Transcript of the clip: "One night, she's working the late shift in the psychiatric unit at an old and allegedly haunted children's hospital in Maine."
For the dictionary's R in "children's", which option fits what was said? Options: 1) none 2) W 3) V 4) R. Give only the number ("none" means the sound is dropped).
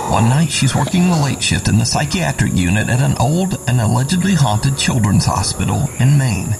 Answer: 4